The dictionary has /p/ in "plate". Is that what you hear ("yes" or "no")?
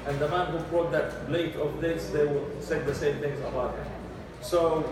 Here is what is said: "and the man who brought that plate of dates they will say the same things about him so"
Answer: no